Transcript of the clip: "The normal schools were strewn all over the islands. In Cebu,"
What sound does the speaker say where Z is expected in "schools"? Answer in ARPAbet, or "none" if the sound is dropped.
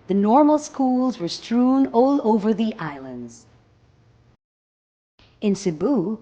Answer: Z